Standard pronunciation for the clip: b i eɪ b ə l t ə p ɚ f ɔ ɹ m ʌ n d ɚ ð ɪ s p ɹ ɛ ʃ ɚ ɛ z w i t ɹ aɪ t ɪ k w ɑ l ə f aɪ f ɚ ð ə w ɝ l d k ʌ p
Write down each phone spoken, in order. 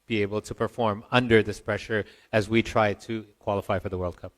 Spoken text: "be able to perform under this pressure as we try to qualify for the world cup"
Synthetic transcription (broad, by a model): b i eɪ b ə l t ə p ɚ f ɔ ɹ m ʌ n d ɚ ð ɪ s p ɹ ɛ ʃ ɚ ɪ z w i t ɹ aɪ t ɪ k w ɑ l ə f aɪ f ɚ ð ə w ɝ l d k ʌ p